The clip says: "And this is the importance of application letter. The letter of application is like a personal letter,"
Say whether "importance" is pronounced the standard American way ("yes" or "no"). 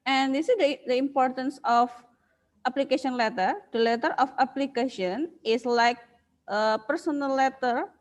yes